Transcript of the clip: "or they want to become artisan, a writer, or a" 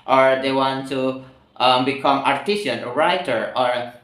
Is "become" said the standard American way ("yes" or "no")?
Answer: yes